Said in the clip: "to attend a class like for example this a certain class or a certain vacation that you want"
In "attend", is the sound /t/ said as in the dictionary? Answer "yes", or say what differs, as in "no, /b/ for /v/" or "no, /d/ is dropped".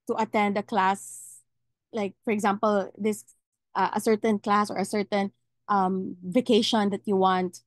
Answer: yes